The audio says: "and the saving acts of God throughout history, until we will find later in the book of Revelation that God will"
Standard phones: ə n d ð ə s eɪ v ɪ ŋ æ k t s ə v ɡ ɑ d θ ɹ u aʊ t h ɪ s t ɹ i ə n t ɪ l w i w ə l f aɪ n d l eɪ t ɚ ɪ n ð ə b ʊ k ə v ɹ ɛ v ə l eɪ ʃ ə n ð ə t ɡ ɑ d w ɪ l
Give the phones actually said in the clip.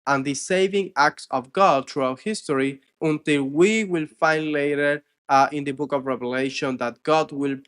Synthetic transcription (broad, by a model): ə n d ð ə s eɪ v ɪ ŋ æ k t s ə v ɡ ɑ d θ ɹ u aʊ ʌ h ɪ s t ɹ i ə n t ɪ l w i w ə l f aɪ n d l eɪ t ɚ ɪ n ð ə b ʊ k ə v ɹ ɛ v ə l eɪ ʃ ə n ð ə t ɡ ɑ d w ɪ l